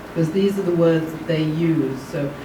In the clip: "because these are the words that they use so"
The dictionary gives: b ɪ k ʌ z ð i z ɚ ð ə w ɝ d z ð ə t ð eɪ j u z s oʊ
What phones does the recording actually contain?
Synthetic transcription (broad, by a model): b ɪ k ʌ z ð i z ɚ ð ə w ɝ d z ð ə t ð eɪ j u z s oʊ